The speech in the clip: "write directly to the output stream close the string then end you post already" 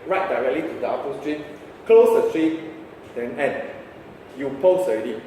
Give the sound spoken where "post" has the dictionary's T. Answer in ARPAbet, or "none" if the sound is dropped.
none